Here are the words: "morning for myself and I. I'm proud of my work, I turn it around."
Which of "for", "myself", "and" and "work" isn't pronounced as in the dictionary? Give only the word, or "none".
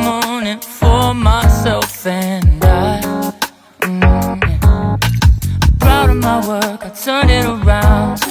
none